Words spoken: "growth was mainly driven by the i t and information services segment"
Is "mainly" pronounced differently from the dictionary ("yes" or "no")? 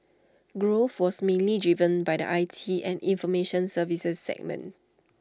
no